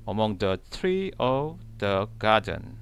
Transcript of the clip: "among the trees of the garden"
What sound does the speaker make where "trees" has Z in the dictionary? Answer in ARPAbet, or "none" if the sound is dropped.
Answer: none